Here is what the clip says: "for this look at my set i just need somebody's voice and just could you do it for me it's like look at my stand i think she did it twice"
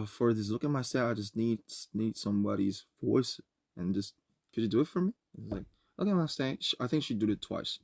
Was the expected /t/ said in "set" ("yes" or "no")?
no